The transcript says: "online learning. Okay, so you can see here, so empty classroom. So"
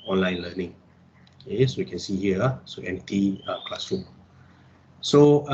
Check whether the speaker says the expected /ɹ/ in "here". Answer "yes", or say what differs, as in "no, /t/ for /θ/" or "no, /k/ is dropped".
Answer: no, /l/ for /ɹ/